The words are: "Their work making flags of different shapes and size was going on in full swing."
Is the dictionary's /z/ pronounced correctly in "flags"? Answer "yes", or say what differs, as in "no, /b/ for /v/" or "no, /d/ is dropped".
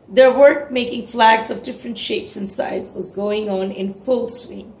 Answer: yes